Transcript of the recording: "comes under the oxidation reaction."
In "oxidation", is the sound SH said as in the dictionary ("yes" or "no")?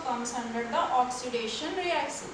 yes